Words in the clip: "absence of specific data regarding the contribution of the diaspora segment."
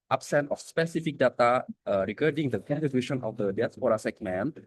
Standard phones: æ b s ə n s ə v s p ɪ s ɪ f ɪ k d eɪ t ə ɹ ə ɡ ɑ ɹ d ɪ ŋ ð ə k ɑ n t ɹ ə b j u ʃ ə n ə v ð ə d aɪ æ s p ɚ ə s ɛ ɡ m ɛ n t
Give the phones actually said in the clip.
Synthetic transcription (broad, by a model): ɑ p s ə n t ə f s p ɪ s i f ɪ k d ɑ t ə ɹ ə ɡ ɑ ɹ d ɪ ŋ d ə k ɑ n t ə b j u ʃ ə n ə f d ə d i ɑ s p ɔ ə s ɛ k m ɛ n